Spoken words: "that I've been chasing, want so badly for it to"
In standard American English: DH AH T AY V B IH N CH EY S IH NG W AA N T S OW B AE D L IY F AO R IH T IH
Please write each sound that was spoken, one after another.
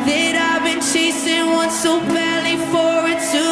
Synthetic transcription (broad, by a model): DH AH T AY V B IH N CH EY S IH NG W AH N S OW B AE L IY F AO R IH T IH